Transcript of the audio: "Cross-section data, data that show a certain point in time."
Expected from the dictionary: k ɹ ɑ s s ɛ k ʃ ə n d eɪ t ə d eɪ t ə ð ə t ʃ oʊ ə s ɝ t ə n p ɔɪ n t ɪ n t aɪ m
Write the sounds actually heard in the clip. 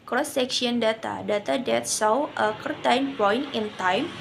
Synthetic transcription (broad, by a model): k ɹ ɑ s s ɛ k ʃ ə n d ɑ t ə d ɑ t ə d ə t s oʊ ə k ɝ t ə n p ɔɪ n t ɪ n t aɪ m